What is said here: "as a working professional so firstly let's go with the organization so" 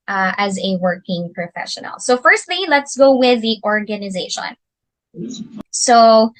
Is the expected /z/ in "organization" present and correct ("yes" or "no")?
yes